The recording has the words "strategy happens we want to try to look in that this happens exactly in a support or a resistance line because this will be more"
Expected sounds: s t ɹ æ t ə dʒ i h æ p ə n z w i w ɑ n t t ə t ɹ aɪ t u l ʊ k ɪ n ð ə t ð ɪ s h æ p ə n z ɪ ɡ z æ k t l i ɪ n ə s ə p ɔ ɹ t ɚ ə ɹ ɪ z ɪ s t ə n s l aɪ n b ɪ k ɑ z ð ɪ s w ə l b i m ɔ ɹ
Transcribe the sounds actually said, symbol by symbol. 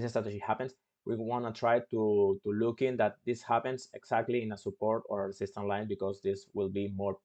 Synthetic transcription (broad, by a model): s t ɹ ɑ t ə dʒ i h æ p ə n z w i w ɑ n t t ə t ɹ aɪ t u l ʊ k ɪ n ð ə t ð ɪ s h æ p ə n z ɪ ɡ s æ k t l i ɪ n ə s ə p ɔ ɹ t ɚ ə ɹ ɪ s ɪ s t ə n l aɪ n b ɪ k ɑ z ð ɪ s w ə l b i m ɔ ɹ